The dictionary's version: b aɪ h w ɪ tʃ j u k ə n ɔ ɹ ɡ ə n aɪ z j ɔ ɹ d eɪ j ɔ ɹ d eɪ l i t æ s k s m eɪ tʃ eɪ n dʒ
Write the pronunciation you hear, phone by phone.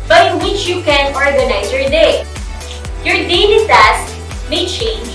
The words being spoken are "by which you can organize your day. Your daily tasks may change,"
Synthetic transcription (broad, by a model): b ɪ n w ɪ tʃ j u k ə n ɔ ɹ ɡ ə n aɪ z j ɔ ɹ d eɪ j ɔ ɹ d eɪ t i s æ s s m eɪ tʃ eɪ n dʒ